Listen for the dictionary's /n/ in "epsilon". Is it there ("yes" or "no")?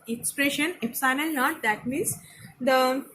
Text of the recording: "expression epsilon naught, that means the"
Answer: no